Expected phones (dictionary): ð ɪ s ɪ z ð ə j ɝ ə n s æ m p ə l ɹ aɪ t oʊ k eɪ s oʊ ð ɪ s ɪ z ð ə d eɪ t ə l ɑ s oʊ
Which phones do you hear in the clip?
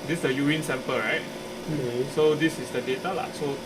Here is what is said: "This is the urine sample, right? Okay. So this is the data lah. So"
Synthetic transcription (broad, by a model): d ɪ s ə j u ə n s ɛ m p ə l ɹ aɪ t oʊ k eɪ s oʊ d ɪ s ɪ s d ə d eɪ t ə l ɑ s oʊ